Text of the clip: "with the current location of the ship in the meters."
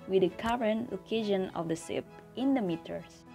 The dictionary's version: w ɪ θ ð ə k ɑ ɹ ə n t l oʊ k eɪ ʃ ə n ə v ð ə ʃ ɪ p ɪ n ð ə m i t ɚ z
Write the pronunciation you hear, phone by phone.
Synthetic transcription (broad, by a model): w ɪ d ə k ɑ ɹ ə n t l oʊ k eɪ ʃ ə n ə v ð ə s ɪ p ɪ n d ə m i t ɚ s